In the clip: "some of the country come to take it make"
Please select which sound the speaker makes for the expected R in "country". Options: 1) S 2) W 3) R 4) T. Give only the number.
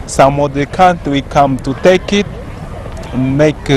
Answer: 2